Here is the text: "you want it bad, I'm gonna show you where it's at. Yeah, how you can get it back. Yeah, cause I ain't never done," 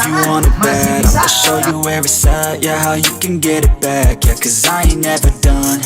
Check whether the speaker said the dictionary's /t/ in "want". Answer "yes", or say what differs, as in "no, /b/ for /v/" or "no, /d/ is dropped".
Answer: no, /t/ is dropped